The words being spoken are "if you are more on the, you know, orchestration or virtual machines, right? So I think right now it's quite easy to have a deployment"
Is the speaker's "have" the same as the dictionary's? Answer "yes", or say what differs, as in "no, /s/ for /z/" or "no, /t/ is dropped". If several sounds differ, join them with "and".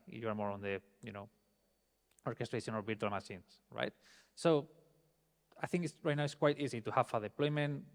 no, /f/ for /v/